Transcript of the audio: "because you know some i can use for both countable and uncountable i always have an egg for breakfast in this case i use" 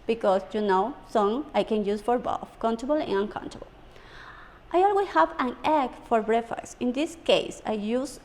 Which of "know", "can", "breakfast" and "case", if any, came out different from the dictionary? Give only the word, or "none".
breakfast